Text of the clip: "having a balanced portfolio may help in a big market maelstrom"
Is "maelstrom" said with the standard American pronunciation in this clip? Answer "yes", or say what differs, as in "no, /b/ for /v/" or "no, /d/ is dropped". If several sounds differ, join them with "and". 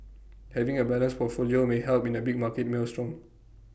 yes